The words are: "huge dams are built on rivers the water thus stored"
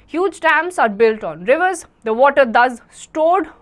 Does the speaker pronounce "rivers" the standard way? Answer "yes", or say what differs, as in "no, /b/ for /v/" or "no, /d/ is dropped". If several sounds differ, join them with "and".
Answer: yes